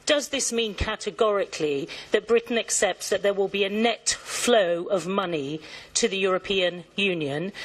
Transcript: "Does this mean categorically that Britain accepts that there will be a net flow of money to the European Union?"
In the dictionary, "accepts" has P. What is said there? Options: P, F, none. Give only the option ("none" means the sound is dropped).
P